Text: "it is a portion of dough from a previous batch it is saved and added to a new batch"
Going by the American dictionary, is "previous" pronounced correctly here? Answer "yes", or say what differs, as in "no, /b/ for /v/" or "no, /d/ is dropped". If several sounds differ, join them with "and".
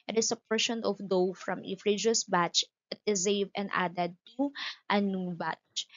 no, /f/ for /p/